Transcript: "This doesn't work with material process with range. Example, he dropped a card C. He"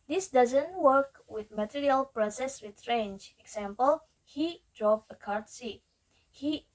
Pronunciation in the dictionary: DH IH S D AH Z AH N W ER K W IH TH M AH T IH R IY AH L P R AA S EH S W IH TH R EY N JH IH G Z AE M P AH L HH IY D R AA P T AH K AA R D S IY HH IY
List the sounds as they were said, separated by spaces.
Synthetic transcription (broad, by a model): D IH S D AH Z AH N W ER K W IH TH M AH T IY R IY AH L P R AA S EH S W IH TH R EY N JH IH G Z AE M P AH L HH IY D R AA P AH K AA R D S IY HH IY